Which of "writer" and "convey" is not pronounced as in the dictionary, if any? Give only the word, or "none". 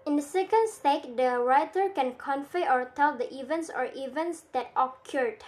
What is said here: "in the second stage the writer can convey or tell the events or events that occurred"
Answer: convey